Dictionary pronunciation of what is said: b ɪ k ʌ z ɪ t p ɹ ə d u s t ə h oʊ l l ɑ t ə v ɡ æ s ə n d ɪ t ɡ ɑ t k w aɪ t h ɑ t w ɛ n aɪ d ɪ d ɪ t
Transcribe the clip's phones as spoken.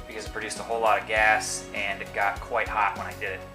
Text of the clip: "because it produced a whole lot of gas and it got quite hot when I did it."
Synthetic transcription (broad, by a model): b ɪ k ʌ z ɪ t p ɹ ə d u s t ə h oʊ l l ɑ t ə v ɡ æ s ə n ɪ t ɡ ɑ t k w aɪ t h ɑ t w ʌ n aɪ d ɪ d ɪ t